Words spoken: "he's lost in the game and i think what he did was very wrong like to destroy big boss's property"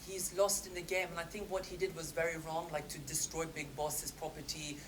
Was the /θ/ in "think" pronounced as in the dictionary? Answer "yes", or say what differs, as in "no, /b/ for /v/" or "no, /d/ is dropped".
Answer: yes